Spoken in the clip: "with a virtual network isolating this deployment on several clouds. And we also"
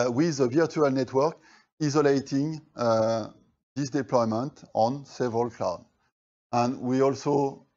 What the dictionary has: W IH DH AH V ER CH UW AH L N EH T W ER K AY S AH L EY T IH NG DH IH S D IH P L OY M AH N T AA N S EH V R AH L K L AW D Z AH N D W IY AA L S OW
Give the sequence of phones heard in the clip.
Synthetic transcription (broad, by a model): W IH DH AH V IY CH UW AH L N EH T W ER K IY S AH L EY T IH NG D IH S D IH P L OY M AH N T AA N S EH V R AH L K L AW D AH N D W IY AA L S OW